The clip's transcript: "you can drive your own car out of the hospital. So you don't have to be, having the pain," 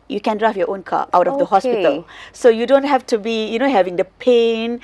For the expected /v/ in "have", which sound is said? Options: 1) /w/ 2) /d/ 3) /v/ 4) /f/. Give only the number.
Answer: 4